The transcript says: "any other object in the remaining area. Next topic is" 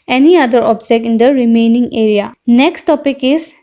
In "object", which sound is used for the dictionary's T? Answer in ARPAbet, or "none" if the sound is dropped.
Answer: none